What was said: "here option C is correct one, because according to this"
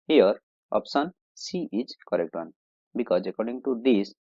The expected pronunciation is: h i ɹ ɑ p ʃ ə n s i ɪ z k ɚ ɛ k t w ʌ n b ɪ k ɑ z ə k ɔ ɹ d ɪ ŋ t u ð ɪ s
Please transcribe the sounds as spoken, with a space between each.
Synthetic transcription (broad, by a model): h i ɹ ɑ p s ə n s i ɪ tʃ k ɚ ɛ k t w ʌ n b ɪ k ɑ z ə k ɔ ɹ d ɪ ŋ t u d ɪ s